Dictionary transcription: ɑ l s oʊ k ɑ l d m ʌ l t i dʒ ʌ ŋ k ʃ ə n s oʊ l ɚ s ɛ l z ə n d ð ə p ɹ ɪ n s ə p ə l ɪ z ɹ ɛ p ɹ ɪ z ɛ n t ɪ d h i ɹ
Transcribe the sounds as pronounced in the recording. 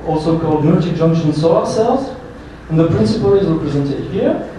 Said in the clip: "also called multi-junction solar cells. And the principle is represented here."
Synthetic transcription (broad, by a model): ɑ l s oʊ k ɑ l d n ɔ t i dʒ ʌ ŋ k ʃ ə n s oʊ ɚ s ɛ l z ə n ð ə p ɹ ɪ n s ə p ə l ɪ z ɹ ɛ p ɹ ɪ z ɛ n t ɪ d h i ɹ